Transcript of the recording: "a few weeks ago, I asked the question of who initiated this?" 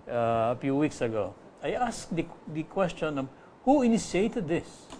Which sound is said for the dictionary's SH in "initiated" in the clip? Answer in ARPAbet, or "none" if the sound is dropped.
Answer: S